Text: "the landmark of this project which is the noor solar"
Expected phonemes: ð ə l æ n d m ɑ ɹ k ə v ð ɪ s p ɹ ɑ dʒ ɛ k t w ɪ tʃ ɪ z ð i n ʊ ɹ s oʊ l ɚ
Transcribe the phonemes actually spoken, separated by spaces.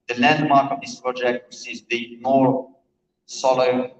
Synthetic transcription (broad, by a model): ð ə l æ n d m ɑ ɹ k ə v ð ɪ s p ɹ ɑ dʒ ɛ k t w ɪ s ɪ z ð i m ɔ ɹ s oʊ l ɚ